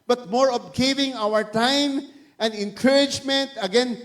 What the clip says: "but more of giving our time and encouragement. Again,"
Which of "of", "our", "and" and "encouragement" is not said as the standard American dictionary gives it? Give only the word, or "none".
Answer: of